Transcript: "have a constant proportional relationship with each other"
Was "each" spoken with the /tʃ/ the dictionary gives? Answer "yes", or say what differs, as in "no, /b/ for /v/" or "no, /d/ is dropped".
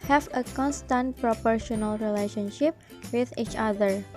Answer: yes